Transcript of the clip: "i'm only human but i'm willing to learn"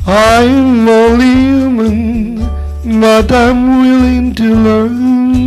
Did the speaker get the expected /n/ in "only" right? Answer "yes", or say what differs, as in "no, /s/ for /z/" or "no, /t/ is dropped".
no, /n/ is dropped